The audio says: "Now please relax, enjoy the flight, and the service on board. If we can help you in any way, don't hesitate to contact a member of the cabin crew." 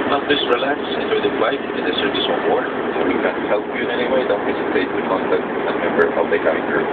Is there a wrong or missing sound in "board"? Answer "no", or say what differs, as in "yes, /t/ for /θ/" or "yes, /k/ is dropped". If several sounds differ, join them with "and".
yes, /d/ is dropped